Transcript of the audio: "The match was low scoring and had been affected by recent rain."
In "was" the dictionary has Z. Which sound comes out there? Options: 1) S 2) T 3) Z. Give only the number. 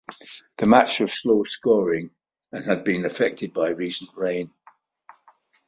1